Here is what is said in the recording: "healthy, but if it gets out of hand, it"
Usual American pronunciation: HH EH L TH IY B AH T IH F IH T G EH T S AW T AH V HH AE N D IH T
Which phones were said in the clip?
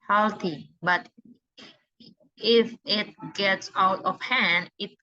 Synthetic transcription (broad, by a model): HH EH L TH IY B AH T IH F IH T G EH T S AW T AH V HH AE N D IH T